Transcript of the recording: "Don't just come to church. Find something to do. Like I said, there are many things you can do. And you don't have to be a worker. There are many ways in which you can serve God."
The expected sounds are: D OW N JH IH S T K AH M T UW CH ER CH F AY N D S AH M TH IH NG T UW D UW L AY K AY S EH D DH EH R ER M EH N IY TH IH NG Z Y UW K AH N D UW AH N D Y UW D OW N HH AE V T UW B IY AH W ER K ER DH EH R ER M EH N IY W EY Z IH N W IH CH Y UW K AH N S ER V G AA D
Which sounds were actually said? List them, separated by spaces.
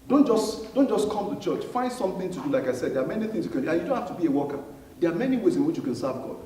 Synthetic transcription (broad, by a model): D OW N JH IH S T K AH M T UW CH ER CH F AY N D S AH M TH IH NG T UW D UW L AY K AY S EH D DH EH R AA M EH N IY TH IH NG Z Y UW K AH N D UW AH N Y UW D OW N HH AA F T UW B IY AH W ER K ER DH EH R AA M EH N IY W EY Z IH N W IH CH Y UW K AH N S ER V G AA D